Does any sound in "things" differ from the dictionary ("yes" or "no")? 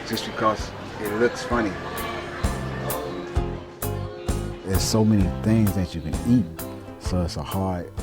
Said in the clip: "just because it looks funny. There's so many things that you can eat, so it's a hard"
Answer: no